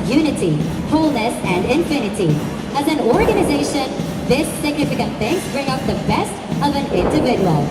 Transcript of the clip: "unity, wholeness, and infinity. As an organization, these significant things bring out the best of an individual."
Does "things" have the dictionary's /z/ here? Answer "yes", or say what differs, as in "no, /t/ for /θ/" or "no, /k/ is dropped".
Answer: no, /z/ is dropped